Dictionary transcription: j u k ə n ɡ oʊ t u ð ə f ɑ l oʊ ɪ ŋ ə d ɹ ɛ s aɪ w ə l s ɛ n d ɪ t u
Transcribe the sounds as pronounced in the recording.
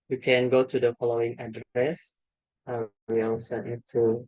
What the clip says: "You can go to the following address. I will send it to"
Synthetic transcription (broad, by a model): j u k ə n ɡ oʊ t u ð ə f ɑ l oʊ ɪ ŋ ə d ɹ ɛ s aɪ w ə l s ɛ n ɪ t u